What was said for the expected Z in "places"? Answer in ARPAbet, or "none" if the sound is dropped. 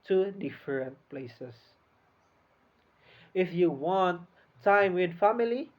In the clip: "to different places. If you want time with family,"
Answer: S